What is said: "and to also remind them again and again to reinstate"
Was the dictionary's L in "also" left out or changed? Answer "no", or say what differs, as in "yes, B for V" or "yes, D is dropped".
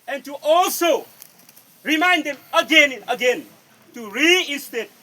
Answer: no